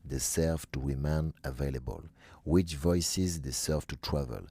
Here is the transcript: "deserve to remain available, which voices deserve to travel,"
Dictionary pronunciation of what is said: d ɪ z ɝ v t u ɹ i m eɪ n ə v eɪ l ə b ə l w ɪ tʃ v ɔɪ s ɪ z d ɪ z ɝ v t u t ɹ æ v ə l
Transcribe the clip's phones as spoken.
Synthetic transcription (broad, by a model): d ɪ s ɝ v t u ɹ i m eɪ n ə v eɪ l ə b ə l w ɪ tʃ v ɔɪ s ɪ z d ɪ s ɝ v t u t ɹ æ v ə l